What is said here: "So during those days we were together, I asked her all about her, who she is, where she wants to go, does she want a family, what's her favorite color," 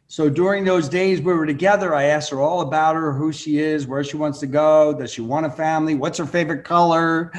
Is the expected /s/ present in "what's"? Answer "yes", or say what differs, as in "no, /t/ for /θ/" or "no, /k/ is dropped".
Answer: yes